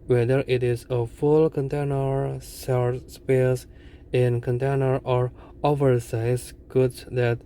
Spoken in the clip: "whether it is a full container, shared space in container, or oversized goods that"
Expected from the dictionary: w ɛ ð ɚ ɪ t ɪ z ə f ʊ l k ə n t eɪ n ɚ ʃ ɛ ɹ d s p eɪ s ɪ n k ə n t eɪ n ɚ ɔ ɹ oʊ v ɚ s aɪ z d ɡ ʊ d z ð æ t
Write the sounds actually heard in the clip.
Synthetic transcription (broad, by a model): w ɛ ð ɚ ɪ t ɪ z ə f ʊ l k ə n t eɪ n ɚ s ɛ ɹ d s p eɪ s ɪ n k ə n t eɪ n ɚ ɔ ɹ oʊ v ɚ s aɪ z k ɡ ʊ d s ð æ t